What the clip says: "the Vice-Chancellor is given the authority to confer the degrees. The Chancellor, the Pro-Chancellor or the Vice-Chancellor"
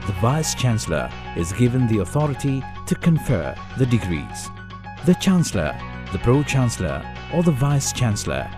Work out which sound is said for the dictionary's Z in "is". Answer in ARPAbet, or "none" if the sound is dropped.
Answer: Z